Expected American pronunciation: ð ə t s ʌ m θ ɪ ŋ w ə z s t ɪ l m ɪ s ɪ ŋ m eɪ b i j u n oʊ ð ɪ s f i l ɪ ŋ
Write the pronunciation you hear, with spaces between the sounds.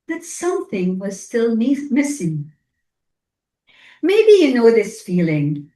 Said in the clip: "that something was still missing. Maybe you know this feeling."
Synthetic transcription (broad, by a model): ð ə t s ʌ m θ ɪ ŋ w ə z s t ɪ l m ɪ s ɪ ŋ m eɪ b i j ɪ n oʊ ð ɪ s f i l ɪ ŋ